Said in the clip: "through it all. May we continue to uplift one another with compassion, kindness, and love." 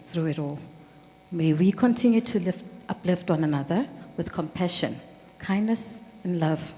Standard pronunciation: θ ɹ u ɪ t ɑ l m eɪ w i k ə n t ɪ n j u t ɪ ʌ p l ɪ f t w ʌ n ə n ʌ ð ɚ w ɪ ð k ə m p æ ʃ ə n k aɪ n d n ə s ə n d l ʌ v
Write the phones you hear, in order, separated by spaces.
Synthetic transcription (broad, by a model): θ ɹ u ɪ t ɑ l m eɪ w i k ə n t ɪ n j u t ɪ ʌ p l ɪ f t w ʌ n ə n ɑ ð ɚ w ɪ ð k ə m p æ ʃ ə n k aɪ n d n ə s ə n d l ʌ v